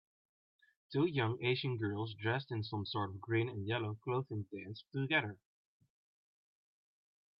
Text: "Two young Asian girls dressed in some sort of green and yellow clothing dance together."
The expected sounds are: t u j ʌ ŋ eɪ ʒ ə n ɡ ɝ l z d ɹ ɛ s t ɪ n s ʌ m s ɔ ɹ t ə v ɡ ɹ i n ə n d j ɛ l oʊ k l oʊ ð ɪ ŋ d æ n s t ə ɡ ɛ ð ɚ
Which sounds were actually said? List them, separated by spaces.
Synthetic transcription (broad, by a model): t u j ʌ ŋ eɪ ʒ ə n ɡ ɝ l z d ɹ ɛ s t ɪ n s ʌ m s ɔ ɹ t ə v ɡ ɹ i n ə n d j ɛ l oʊ k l oʊ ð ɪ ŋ d æ n s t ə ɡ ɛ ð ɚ